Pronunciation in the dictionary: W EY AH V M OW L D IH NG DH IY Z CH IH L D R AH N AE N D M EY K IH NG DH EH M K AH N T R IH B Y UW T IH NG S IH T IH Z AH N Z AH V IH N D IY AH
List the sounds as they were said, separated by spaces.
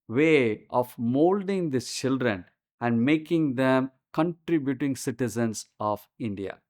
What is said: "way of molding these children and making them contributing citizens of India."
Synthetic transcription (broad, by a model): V EY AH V M OW L D IH NG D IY CH IH L D R AH N AE N D M EY K IH NG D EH M K AH N T R IH B Y UW T IH NG S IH T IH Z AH N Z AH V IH N D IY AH